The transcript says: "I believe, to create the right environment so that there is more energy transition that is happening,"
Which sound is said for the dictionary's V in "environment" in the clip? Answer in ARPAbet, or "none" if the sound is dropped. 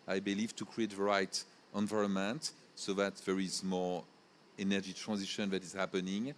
V